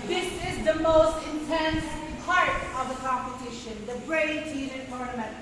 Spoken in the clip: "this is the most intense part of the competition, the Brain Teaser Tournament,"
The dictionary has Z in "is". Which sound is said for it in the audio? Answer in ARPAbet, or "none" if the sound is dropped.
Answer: Z